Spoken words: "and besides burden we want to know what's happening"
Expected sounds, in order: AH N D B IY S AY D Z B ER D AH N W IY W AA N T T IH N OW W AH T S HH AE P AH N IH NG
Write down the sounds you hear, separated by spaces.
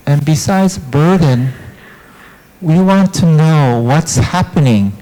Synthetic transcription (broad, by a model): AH N B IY S AY D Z B ER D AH N W IY W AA N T T IH N OW W AH T S HH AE P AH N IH NG